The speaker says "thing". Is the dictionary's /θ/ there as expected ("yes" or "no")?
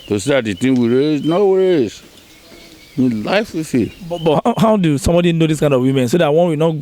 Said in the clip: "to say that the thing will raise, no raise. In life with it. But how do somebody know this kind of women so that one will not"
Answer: no